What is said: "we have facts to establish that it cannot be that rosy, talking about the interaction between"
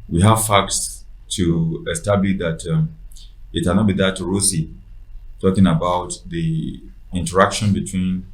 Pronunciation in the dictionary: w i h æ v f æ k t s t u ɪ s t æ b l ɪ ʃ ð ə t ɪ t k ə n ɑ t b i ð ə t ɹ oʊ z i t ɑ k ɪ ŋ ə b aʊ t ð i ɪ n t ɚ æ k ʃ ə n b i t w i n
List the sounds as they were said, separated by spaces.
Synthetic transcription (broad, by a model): w i h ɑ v f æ k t s t u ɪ s t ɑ b l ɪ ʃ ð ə t ɪ t k ə n ɑ t b i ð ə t ɹ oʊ s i t ɑ k ɪ ŋ ə b aʊ t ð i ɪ n t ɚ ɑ k ʃ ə n b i t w i n